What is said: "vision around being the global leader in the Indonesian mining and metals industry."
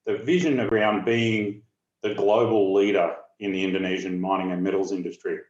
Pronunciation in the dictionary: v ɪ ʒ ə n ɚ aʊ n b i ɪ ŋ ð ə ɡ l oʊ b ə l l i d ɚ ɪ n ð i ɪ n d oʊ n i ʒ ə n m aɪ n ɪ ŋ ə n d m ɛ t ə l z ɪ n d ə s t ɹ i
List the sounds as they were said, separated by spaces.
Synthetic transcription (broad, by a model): v ɪ ʒ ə n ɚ aʊ n b i ɪ ŋ ð ə ɡ l oʊ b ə l l i d ɚ ɪ n ð i ɪ n d oʊ n i ʒ ə n m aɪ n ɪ ŋ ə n m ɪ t l z ɪ n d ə s t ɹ i